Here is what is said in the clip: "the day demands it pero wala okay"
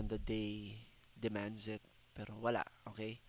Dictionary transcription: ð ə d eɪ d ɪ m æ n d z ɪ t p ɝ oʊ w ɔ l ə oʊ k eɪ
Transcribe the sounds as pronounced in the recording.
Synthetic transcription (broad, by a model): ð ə d eɪ d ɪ m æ n d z ɪ t p ɝ oʊ w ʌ l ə oʊ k eɪ